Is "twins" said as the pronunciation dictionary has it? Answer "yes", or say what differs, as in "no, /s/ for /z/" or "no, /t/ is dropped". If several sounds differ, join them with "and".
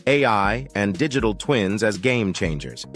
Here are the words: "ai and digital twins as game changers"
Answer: yes